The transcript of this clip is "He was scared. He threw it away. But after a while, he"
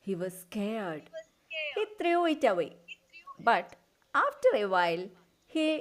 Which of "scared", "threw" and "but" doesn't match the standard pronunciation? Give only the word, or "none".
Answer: threw